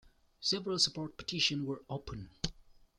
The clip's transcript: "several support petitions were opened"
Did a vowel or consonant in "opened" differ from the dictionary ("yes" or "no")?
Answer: yes